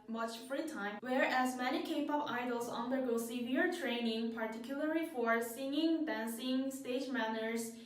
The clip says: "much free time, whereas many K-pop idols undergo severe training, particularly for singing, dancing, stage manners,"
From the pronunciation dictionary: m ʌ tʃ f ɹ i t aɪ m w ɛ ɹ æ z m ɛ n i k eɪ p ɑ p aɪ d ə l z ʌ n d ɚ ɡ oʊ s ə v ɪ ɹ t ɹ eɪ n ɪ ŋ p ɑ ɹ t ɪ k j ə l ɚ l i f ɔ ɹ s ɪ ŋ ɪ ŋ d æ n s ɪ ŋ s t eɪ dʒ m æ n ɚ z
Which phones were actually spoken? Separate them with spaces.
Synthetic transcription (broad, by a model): m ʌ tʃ f ɹ i t aɪ m w ɛ ɹ æ z m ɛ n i k eɪ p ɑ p aɪ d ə l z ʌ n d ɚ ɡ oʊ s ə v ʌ ɹ t ɹ eɪ n ɪ ŋ p ɑ ɹ t ɪ k j ə l ɚ l i f ɔ ɹ s ɪ ŋ ɪ ŋ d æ n s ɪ ŋ s t eɪ dʒ m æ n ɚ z